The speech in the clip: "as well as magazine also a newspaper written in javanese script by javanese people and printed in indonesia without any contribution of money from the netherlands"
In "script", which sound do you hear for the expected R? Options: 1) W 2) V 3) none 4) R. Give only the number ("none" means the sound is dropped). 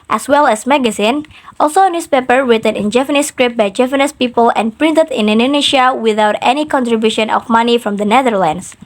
4